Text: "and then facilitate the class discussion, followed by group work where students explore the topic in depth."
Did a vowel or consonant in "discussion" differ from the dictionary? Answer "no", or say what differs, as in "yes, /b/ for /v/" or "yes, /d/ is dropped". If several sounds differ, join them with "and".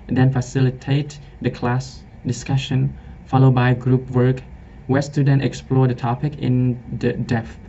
no